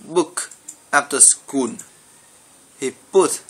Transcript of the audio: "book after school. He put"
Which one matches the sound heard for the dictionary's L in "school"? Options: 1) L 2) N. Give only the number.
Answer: 2